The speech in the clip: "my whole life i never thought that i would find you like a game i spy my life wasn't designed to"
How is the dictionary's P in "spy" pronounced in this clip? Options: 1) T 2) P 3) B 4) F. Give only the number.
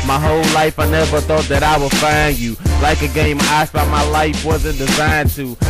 3